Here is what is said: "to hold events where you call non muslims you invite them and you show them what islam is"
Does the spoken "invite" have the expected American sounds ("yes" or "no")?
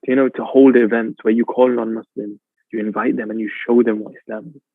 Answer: yes